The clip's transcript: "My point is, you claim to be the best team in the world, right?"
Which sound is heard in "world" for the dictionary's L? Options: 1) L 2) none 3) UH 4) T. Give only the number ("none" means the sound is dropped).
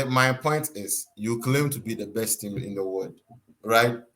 2